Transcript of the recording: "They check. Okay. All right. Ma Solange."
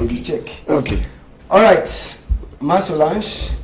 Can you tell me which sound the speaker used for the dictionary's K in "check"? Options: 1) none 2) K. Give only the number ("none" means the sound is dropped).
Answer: 2